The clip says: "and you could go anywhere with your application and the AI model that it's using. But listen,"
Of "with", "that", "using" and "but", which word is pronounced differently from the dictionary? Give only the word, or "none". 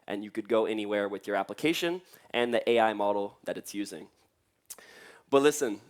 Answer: none